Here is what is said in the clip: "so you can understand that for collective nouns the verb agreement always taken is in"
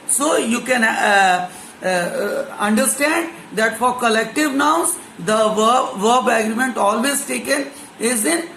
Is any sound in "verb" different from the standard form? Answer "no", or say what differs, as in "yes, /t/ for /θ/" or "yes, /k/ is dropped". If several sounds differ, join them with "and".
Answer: no